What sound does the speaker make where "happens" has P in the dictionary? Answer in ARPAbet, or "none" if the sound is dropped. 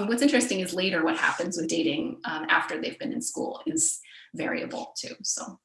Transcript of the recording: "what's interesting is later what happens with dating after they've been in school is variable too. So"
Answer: P